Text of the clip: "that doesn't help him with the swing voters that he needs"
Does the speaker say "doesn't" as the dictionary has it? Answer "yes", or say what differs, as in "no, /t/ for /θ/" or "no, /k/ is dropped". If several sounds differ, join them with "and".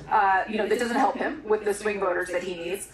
yes